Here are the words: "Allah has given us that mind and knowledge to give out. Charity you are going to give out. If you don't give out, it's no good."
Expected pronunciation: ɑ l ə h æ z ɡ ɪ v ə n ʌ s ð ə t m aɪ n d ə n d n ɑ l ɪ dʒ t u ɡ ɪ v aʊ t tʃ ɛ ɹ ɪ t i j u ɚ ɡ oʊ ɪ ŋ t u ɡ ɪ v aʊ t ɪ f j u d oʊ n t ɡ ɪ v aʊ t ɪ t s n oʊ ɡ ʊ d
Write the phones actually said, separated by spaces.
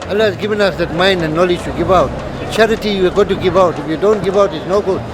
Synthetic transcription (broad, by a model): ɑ l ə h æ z ɡ ɪ v ə n ʌ s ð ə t m aɪ n d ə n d n ɑ l ɪ dʒ t u ɡ ɪ v aʊ t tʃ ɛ ɹ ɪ t i j u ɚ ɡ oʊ t u ɡ ɪ v aʊ t ɪ f j u d oʊ n t ɡ ɪ v aʊ t ɪ t s n oʊ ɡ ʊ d